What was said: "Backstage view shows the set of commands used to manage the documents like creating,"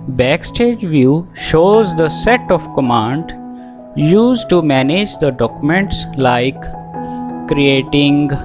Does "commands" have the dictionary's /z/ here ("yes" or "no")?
no